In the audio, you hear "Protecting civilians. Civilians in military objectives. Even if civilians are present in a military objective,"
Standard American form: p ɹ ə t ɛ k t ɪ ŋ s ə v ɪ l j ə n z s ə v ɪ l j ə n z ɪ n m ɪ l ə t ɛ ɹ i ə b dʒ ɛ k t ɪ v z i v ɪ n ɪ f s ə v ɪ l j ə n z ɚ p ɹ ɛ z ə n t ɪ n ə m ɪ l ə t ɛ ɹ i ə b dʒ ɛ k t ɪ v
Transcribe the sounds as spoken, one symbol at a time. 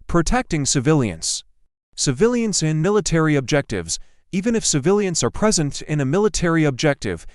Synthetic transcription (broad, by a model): p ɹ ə t ɛ k t ɪ ŋ s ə v ɪ l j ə n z s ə v ɪ l j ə n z ɪ n m ɪ l ə t ɛ ɹ i ə b dʒ ɛ k t ɪ v z i v ɪ n ɪ f s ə v ɪ l j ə n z ɚ p ɹ ɛ z ə n t ɪ n ə m ɪ l ə t ɛ ɹ i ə b dʒ ɛ k t ɪ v